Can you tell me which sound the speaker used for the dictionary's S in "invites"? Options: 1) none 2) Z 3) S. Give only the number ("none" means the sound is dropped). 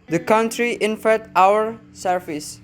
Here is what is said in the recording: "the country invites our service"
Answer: 1